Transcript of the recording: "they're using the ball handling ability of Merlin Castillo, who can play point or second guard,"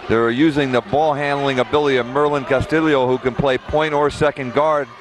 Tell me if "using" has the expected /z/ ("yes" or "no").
yes